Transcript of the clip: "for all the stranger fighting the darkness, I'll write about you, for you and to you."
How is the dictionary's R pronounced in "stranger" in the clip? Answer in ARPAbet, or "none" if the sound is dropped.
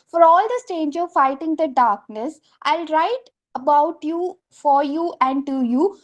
none